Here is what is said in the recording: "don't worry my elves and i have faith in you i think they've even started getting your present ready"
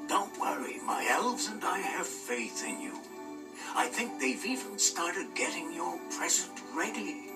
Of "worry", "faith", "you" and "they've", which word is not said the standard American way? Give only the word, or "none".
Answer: none